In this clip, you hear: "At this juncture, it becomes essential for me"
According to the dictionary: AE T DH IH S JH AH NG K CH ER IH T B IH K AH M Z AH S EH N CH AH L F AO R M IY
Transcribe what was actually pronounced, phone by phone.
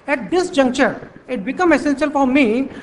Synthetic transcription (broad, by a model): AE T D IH S JH AH NG K CH ER IH T B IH K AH M AH S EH N S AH L F AO R M IY